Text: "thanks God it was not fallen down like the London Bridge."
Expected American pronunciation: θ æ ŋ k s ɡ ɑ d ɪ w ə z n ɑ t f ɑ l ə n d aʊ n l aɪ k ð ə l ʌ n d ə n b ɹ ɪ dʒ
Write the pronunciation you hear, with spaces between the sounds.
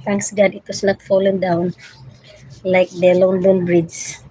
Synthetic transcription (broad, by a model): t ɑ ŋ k s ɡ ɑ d ɪ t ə s n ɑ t f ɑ l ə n d aʊ n l aɪ k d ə l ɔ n d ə n b ɹ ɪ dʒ